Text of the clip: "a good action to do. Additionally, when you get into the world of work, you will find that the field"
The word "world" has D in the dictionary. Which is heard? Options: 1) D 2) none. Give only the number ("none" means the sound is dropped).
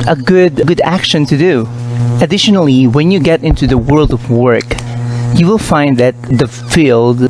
1